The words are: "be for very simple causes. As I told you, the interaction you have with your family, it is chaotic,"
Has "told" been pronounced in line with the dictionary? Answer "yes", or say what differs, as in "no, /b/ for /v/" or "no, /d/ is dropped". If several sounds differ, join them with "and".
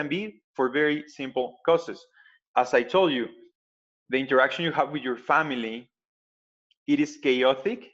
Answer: yes